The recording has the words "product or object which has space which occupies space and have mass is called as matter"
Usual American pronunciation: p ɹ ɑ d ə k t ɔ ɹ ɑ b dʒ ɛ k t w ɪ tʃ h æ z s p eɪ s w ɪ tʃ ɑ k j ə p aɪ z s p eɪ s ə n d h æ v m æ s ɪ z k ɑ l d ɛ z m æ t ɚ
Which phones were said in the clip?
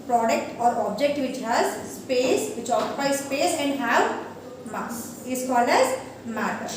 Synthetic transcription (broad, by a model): p ɹ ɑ d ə k t ɔ ɹ ɑ b dʒ ɛ k t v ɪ tʃ h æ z s p eɪ s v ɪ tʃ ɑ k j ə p aɪ s p eɪ s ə n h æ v m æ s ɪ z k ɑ l ɛ z m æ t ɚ